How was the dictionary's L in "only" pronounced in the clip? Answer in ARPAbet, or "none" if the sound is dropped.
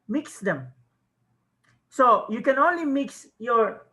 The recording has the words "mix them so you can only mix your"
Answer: L